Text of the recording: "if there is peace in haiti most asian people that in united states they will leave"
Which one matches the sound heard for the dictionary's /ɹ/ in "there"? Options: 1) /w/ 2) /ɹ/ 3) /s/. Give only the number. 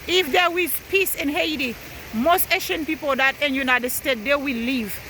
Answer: 1